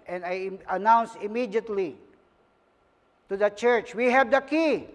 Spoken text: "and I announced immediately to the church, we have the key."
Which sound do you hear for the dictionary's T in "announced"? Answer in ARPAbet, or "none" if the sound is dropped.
none